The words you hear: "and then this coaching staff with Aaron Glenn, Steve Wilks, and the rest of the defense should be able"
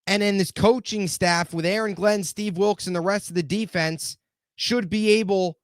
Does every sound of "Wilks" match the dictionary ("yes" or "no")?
yes